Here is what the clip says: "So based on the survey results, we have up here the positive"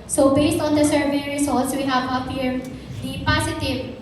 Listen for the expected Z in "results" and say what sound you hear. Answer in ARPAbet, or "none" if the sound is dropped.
S